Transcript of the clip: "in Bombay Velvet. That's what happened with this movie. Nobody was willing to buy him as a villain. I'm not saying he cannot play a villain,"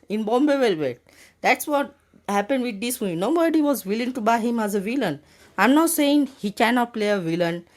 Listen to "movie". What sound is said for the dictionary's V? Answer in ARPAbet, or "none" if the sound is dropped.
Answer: none